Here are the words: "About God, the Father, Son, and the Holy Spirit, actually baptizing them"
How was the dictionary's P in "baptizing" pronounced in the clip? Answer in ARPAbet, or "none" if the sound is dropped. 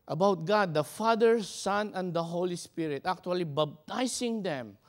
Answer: B